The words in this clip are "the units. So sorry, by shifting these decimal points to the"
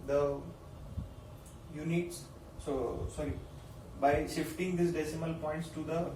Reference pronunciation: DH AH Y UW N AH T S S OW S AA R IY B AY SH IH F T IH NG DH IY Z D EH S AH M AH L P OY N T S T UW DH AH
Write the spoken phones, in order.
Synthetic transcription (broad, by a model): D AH Y UW N AH T S S OW S AA R IY B AY SH IH F T IH NG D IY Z D EH S AH M AH L P OY N T S T UW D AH